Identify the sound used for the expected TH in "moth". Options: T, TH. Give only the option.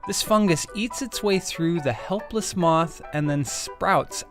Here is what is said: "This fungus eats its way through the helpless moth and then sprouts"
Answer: TH